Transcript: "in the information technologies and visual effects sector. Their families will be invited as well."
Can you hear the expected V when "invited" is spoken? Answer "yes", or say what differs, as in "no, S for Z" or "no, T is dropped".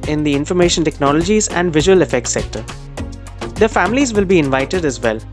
yes